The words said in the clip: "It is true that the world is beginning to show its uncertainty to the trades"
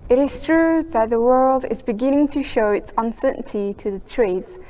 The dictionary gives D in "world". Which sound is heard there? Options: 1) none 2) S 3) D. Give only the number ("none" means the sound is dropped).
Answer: 3